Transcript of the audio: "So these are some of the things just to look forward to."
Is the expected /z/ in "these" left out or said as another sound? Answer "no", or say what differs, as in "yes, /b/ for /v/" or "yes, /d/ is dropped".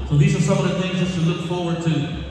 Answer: no